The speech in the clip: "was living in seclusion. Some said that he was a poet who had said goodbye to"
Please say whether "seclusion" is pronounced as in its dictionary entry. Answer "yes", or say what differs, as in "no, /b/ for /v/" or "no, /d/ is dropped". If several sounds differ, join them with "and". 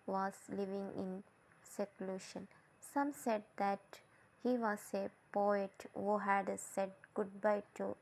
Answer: no, /ʃ/ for /ʒ/